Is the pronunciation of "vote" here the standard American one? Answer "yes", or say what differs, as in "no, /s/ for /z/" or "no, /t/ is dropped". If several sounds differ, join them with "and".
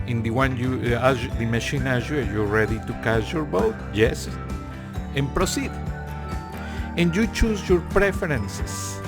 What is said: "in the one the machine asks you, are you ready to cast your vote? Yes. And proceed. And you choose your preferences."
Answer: no, /b/ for /v/